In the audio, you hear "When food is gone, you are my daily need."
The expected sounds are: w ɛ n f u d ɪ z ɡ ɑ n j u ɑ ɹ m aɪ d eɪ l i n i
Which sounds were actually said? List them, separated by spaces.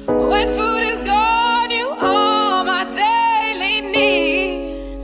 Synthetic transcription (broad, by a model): w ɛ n f u d ɪ z ɡ ɑ n j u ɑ l m aɪ d eɪ l i n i